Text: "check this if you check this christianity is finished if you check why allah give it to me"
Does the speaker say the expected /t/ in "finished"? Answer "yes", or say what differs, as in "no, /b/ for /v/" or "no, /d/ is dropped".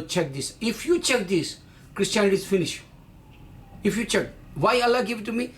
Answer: no, /t/ is dropped